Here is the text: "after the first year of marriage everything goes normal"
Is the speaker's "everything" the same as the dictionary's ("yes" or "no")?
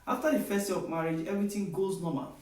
no